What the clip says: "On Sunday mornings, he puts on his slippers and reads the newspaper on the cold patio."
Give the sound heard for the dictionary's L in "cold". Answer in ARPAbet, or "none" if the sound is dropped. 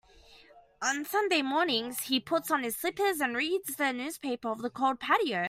L